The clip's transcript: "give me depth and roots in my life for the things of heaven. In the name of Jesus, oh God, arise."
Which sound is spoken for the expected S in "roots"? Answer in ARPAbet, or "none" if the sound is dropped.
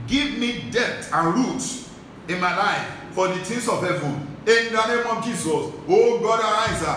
none